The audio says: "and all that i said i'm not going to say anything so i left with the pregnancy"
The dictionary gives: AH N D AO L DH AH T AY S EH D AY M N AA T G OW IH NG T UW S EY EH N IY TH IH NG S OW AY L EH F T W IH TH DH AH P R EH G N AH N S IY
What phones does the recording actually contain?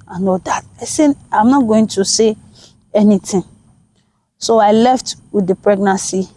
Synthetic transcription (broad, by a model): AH N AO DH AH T AY S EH AY M N AA T G OW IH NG T UW S EY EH N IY T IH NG S OW AY L EH F T W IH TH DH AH P R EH G N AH N S IY